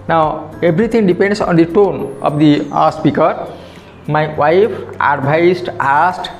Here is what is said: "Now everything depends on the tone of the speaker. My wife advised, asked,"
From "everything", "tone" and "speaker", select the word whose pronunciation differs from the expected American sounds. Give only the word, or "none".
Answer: everything